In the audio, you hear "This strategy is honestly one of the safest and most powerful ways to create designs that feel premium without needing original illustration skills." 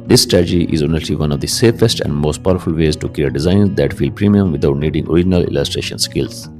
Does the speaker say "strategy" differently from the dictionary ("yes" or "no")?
yes